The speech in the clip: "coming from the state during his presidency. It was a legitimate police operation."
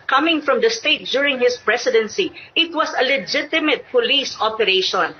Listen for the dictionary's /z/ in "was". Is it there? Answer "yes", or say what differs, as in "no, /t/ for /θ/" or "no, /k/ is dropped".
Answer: no, /s/ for /z/